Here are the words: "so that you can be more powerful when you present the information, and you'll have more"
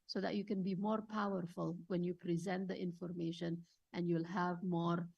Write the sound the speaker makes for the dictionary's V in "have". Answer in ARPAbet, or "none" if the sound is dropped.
V